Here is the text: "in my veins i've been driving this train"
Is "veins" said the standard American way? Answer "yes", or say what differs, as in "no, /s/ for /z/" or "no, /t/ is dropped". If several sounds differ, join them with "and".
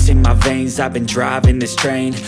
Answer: yes